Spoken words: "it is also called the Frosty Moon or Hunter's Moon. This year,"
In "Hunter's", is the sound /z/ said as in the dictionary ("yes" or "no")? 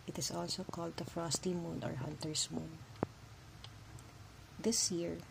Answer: no